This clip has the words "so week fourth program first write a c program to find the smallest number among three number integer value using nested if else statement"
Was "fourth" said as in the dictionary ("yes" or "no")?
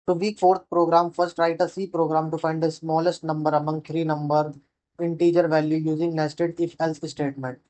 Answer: no